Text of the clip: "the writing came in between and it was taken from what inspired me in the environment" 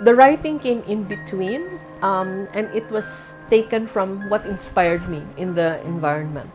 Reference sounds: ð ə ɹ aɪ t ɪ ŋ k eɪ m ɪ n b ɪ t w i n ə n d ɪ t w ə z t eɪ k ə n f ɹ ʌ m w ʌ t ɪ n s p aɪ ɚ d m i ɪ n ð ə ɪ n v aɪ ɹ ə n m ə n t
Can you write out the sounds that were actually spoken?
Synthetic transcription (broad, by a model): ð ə ɹ aɪ t ɪ ŋ k eɪ m ɪ n b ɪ t w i n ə n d ɪ t w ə s t eɪ k ə n f ɹ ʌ m w ʌ t ɪ n s p aɪ ɚ d m i ɪ n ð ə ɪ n v aɪ ɹ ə n m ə n t